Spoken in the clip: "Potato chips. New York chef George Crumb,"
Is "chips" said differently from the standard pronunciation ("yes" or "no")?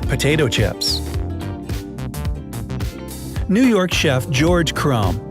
no